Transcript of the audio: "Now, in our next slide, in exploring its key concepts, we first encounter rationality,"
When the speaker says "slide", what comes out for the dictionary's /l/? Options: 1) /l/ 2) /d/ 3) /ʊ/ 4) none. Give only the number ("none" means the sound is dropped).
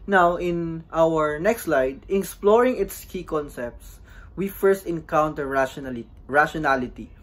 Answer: 1